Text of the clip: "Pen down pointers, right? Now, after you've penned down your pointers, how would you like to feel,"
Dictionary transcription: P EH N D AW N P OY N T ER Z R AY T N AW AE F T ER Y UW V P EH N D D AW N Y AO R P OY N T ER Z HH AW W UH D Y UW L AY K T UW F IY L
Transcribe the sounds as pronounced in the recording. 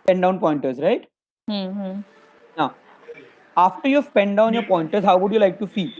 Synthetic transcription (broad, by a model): P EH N D AW N P OY N T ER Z R AY T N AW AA F T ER Y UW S P EH N D D AW N Y AO R P OY N T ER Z HH AW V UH D Y UW L AY K T UW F IY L